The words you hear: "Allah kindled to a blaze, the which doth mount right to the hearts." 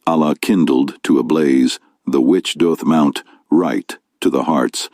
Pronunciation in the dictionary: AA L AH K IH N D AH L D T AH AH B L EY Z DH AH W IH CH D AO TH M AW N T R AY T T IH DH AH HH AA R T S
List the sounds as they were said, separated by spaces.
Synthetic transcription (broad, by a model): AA L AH K IH N D L D T AH AH B L EY Z DH AH W IH CH D AO TH M AW N T R AY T T IH DH AH HH AA R T S